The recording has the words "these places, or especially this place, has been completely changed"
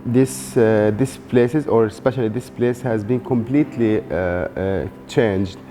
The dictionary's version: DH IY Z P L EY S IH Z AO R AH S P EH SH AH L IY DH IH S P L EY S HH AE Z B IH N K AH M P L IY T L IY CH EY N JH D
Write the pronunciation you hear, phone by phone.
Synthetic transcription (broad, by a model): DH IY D P L EY S IH Z AO R S P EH SH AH L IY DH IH S P L EY S HH AE Z B IH N K AH M P L IY T L IY CH EY N JH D